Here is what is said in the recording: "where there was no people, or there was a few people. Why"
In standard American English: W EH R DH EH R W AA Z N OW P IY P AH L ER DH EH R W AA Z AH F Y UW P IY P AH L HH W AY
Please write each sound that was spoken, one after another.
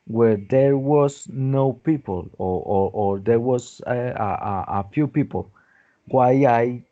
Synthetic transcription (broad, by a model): W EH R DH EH R W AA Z N OW P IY P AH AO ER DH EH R W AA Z AH F Y UW P IY P AH L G W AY